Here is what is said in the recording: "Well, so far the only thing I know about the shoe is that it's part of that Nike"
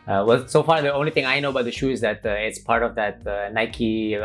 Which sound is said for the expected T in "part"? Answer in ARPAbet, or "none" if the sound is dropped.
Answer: T